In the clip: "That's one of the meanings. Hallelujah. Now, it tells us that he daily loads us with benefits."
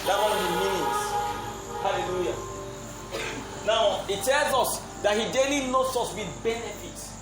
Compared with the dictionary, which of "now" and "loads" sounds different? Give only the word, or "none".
loads